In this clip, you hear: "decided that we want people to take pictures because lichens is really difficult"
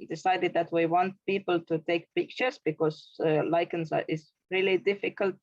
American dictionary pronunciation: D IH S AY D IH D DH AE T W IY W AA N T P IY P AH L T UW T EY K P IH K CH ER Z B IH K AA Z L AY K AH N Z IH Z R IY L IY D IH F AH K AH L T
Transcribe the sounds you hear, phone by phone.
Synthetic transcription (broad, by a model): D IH S AY D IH D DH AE T W IY W AA N T P IY P AH L T UW T EY K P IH K CH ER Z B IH K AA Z L AY K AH N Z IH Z R IY L IY D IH F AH K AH L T